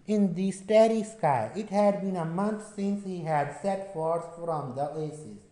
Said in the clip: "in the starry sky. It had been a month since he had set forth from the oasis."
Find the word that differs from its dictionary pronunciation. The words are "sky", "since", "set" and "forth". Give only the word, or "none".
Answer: forth